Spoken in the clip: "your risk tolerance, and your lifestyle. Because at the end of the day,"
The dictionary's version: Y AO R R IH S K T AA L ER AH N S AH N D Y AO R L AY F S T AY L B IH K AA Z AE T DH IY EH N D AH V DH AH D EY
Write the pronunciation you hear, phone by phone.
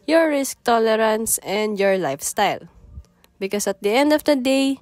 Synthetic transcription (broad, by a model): Y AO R R IH S K T AA L ER AH N S AH N D Y AO R L AY F S T AY L B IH K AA S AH T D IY EH N D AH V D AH D EY